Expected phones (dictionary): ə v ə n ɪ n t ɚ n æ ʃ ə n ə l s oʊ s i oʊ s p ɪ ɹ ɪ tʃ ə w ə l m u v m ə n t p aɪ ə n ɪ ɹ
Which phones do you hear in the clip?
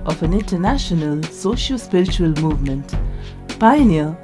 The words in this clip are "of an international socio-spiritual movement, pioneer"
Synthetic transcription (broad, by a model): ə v ə n ɪ n t ɚ n æ ʃ ə n ə l s oʊ ʃ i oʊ s p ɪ ɹ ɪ tʃ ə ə l m u v m ə n t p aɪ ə n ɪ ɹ